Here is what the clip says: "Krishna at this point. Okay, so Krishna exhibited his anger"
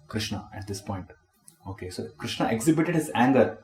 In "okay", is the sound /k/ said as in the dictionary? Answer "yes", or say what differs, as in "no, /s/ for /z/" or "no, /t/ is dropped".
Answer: yes